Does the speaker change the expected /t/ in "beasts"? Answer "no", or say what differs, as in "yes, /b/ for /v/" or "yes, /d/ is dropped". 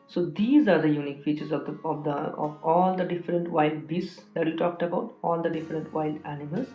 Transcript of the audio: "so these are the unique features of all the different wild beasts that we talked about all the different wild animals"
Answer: yes, /s/ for /t/